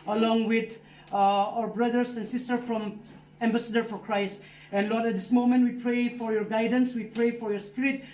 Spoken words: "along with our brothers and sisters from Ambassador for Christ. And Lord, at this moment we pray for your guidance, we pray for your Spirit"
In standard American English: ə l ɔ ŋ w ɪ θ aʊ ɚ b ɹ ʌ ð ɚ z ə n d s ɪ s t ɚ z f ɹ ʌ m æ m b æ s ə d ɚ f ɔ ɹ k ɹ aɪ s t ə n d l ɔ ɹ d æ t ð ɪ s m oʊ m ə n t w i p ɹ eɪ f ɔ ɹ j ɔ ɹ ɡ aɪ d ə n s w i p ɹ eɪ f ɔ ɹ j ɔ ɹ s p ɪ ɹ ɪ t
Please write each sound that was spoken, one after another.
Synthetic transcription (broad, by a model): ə l ɔ ŋ w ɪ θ aʊ ɚ b ɹ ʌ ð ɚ s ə n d s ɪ s t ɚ f ɹ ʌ m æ m b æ s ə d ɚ f ɔ ɹ k ɹ aɪ s t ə n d l ɔ ɹ d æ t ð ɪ s m oʊ m ə n t w i p ɹ eɪ f ɔ ɹ j ɔ ɹ ɡ aɪ d ə n s w i p ɹ eɪ f ɔ ɹ j ɔ ɹ s p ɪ ɹ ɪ t